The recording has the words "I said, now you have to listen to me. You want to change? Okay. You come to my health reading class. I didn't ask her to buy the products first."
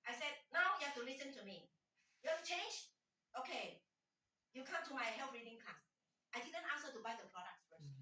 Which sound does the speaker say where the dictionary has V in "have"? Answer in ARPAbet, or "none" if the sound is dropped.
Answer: F